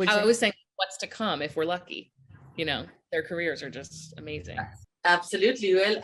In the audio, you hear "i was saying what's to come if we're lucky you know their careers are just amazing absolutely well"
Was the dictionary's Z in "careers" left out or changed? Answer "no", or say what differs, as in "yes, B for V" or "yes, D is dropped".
no